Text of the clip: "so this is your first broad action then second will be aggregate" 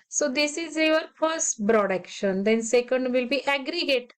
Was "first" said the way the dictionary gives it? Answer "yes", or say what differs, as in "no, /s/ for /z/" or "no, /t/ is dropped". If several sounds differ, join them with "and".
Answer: yes